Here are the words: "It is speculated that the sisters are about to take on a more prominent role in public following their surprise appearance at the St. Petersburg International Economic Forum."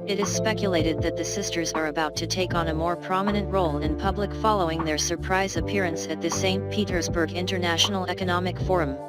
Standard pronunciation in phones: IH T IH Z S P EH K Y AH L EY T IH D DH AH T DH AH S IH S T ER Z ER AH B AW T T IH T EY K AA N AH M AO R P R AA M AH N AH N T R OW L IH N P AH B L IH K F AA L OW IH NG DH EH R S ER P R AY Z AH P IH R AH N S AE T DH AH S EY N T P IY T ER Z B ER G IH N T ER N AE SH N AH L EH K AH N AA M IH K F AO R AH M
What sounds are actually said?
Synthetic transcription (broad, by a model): IH T IH Z S P EH K Y AH L EY T IH D DH AH T DH AH S IH S T ER Z ER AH B AW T T IH T EY K N AH M AO R P R AA M AH N AH N T R OW L IH N P AH B L IH K F AA L OW IH NG DH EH R S ER P R AY Z AH P IH R AH N S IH T DH AH S EY N P IY T ER Z B ER G IH N T ER N AE SH N L EH K AH N AA M IH K F AO R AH M